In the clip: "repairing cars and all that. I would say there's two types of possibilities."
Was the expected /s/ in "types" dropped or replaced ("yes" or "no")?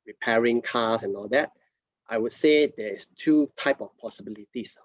yes